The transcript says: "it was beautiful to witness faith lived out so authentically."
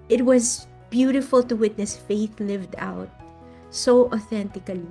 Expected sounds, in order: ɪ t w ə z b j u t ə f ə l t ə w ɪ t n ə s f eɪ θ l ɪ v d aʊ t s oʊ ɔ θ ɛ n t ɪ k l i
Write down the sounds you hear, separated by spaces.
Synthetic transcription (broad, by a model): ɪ t w ə z b j u t ə f ə l t ə w ɪ t n ə s f eɪ θ l ɪ v d aʊ t s oʊ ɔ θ ɛ n t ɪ k l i